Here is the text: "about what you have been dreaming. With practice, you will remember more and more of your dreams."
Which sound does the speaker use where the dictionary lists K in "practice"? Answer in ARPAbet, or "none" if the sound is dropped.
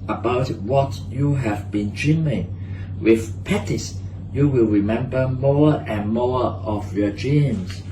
none